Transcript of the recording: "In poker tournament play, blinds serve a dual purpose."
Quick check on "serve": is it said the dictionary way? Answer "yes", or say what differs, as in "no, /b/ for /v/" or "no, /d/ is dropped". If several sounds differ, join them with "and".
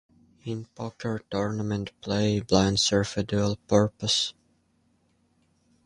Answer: no, /f/ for /v/